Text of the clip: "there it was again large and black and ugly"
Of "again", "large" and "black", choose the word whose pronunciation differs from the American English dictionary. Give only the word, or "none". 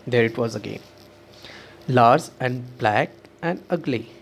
large